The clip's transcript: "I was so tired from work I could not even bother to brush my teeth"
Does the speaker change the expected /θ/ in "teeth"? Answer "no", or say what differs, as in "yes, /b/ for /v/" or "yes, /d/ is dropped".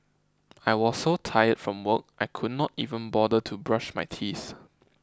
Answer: yes, /s/ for /θ/